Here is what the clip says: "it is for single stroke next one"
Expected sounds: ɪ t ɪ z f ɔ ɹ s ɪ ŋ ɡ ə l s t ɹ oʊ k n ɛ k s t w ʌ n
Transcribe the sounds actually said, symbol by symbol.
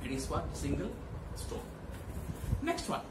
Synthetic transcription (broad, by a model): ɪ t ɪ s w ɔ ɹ s ɪ ŋ ɡ ə l s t oʊ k n ɛ k s t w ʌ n